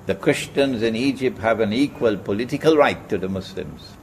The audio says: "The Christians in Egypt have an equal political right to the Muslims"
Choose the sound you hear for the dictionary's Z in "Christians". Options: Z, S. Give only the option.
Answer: Z